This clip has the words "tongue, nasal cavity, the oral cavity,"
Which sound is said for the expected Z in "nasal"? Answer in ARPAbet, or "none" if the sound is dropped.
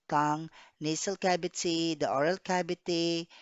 S